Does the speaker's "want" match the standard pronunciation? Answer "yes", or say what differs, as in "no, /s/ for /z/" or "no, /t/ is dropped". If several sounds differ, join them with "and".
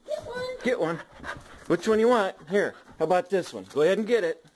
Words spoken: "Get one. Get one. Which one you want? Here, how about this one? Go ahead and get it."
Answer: yes